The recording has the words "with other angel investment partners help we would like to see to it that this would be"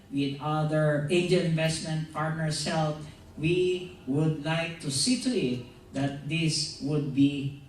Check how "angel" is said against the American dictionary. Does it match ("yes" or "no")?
no